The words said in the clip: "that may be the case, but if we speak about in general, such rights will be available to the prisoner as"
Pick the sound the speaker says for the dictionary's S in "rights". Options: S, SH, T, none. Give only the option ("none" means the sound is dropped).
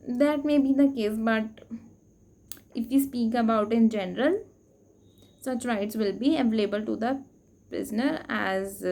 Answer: S